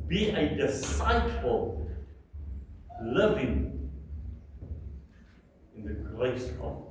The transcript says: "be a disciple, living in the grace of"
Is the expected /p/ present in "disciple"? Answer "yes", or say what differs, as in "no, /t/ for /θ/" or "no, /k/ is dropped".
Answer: no, /f/ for /p/